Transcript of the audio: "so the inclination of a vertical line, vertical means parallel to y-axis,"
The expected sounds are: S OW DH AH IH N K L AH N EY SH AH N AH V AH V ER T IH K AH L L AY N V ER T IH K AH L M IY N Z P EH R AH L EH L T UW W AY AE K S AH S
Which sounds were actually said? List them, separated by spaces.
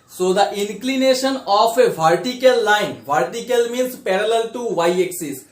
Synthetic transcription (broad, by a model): S OW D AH IH N K L AH N EY SH AH N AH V AH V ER T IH K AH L L AY N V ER T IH K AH L M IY N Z P EH R AH L EH L T UW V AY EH K S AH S